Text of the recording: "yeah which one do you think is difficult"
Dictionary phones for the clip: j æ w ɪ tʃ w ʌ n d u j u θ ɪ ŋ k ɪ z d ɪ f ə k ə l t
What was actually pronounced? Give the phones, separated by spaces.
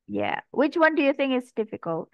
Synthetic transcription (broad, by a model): j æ w ɪ tʃ w ʌ n d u j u θ ɪ ŋ k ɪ s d ɪ f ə k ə l t